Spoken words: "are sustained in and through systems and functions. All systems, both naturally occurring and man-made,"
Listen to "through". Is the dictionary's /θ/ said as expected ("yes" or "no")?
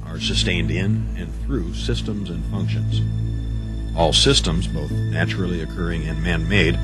yes